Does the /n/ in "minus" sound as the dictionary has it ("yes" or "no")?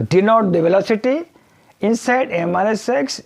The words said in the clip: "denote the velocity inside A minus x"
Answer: no